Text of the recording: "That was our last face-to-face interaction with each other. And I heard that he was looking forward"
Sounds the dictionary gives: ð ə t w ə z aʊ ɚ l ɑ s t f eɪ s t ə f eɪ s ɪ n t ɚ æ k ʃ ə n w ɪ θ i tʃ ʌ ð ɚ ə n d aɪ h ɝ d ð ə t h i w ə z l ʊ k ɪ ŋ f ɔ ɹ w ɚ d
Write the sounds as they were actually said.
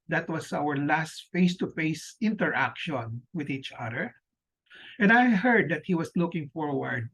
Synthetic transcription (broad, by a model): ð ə t w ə s aʊ ɚ l ɑ s t f eɪ s t ə f eɪ s ɪ n t ɚ æ k ʃ ə n w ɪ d i tʃ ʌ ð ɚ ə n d aɪ h ɝ d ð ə t h i w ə s l ʊ k ɪ ŋ f ɔ ɹ w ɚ d